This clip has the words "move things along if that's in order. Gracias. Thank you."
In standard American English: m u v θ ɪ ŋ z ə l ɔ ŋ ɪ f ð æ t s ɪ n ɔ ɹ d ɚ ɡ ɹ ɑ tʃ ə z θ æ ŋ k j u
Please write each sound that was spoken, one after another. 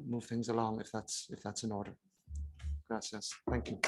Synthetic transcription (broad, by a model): m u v θ ɪ ŋ z ə l ɔ ŋ ɪ f ð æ t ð ɪ n ɔ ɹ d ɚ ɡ ɹ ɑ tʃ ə s θ æ ŋ k j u